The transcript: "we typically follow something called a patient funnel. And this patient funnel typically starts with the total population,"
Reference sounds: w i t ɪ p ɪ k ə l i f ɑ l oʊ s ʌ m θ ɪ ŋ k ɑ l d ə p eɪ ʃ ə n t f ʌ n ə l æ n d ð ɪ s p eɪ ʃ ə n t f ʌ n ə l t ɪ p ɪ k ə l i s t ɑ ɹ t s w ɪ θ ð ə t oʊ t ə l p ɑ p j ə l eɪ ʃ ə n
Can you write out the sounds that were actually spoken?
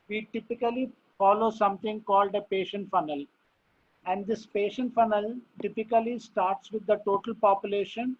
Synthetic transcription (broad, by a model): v i t ɪ p ɪ k ə l i f ɑ l oʊ s ʌ m t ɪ ŋ k ɑ l d ə p eɪ ʃ ə n t f ʌ n ə l æ n d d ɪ s p eɪ ʃ ə n t f ʌ n ə l t ɪ p ɪ k ə l i s t ɑ ɹ t s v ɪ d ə t oʊ t ə l p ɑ p j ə l eɪ ʃ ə n